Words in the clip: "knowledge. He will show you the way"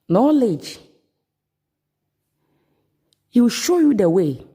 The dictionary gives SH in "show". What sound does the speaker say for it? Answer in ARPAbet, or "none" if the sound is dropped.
SH